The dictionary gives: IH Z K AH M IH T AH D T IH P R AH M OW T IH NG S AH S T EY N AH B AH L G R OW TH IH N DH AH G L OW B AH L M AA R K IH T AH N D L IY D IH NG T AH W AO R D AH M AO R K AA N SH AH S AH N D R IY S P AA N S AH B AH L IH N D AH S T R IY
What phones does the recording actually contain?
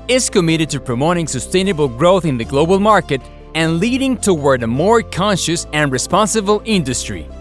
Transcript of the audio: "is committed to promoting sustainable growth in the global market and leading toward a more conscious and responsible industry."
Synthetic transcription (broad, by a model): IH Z K AH M IH T AH D T IH P R AH M OW T IH NG S AH S T EY N AH B AH L G R OW TH IH N DH AH G L OW B AH L M AA R K IH T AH N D L IY D IH NG T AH W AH R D AH M AO R K AA N SH AH S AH N R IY S P AA N S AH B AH L IH N D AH S T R IY